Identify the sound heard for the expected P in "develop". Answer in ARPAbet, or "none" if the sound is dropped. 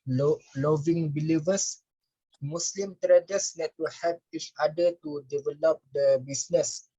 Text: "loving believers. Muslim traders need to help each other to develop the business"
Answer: P